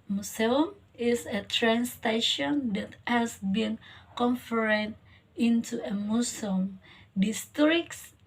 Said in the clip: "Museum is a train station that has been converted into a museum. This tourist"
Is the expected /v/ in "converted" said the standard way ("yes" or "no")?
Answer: no